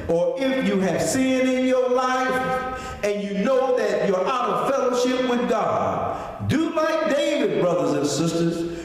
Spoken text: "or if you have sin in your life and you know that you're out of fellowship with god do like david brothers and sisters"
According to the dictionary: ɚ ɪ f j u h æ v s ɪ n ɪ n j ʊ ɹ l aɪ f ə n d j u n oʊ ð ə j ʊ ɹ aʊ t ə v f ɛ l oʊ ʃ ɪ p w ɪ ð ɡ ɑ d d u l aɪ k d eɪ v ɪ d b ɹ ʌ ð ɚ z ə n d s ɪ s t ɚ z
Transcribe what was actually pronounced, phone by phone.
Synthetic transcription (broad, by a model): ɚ ɪ f j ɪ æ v s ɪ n ɪ n j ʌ ɹ l aɪ f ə n j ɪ n oʊ ð ə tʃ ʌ ɹ aʊ t ə v f ɛ l oʊ ʃ ɪ p w ɪ ð ɡ ɑ d d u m aɪ d eɪ v ɪ d b ɹ ʌ ð ɚ z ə n s ɪ s t ɚ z